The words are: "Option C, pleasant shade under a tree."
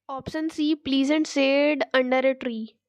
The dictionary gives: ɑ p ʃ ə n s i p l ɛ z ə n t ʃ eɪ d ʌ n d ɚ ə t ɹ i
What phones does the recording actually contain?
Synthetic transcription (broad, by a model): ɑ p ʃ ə n s i p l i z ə n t s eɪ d ʌ n d ɚ ə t ɹ i